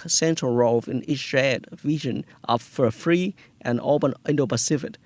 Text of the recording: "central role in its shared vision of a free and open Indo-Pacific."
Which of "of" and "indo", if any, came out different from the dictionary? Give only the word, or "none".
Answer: of